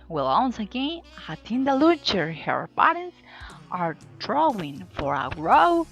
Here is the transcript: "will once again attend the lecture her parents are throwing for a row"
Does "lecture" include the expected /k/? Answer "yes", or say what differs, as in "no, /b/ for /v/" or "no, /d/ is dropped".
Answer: no, /k/ is dropped